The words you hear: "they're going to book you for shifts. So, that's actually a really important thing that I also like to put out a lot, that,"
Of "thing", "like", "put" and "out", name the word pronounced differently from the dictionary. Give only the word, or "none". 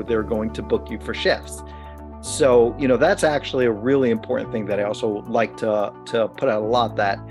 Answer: none